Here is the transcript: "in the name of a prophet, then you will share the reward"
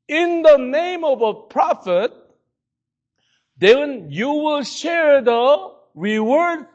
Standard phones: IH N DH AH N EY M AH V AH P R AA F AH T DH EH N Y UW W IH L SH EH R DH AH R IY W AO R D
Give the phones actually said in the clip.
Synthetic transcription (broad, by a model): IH N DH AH N EY M AH V AH P R AA F AH T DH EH N Y UW W IH L SH EH R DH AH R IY W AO R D